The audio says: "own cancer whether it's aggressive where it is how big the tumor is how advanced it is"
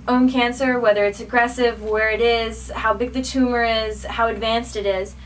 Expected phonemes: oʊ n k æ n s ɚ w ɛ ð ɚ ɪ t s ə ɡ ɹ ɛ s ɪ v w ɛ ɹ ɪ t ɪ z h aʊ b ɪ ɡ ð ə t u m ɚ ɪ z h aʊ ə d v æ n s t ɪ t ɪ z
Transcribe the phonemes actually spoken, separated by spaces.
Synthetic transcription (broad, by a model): oʊ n k æ n s ɚ w ɛ ð ɚ ɪ t s ə ɡ ɹ ɛ s ɪ v w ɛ ɹ ɪ t ɪ z h aʊ b ɪ ɡ ð ə t u m ɚ ɪ z h aʊ ə d v æ n s t ɪ t ɪ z